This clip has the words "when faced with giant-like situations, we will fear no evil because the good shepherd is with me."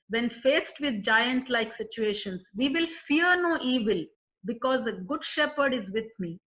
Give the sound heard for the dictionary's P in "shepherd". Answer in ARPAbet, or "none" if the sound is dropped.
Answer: P